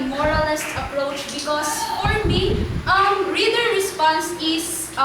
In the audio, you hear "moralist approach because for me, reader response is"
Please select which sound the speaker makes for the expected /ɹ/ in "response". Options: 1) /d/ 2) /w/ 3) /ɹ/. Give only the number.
3